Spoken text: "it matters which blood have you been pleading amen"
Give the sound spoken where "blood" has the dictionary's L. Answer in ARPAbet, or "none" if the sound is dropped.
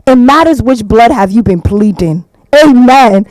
L